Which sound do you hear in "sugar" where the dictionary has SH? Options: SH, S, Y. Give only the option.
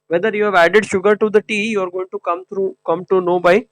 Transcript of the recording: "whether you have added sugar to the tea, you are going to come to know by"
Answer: SH